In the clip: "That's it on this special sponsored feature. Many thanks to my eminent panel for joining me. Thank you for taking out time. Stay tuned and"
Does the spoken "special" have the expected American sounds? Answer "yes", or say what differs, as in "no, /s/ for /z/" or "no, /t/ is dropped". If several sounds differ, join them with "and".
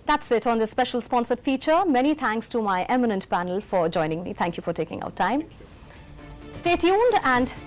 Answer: yes